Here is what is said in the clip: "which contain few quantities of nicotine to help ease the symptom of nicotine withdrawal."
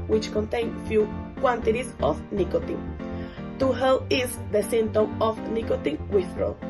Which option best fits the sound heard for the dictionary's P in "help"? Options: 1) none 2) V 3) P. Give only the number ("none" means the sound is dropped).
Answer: 1